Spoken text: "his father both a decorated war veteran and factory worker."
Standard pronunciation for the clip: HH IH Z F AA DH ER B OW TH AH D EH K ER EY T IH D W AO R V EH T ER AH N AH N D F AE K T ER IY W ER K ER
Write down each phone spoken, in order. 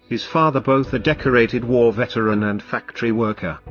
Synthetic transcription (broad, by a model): HH IH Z F AA DH ER B OW TH AH D EH K ER EY T IH D W AO R V EH T ER AH N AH N F AE K T ER IY W ER K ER